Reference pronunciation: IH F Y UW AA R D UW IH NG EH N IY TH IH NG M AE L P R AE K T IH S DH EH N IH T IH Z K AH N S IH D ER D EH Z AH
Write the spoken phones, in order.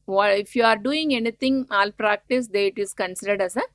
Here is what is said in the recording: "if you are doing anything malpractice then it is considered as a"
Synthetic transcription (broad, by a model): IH F Y UW AA R D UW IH NG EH N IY T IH NG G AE L P R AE K T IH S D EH IH T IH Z K AH N S IH D ER D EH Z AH